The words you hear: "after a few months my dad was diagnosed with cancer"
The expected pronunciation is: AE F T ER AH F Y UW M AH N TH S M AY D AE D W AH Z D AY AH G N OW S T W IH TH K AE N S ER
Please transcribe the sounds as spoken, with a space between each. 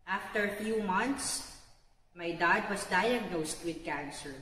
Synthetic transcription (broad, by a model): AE F T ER AH F Y UW M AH N T S M AY D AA D W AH S D AY AH G N OW S T W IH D K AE N S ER